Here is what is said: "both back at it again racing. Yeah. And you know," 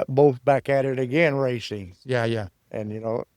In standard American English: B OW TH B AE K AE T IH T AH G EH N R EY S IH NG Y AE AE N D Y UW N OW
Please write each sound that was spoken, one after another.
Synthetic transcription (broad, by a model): B OW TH B AE K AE T IH T AH G EH N R EY S IH NG Y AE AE N Y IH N OW